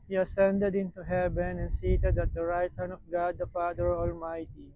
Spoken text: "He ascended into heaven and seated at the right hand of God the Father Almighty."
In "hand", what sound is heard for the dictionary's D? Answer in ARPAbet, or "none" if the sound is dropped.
none